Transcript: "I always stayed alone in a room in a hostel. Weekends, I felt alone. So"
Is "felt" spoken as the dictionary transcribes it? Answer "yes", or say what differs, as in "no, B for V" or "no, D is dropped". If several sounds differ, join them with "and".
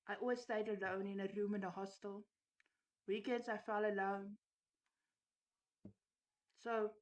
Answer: no, T is dropped